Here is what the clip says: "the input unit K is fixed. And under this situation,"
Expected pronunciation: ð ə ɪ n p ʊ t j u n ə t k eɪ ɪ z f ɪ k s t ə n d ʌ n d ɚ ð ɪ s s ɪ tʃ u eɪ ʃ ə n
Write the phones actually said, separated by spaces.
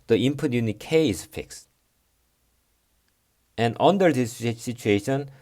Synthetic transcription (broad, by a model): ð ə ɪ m p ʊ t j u n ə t k eɪ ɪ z f ɪ k s t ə n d ʌ n d ɚ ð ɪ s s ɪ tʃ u eɪ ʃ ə n